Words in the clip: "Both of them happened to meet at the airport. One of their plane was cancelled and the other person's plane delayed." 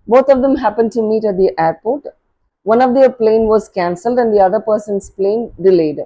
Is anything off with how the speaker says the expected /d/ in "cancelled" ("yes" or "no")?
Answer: no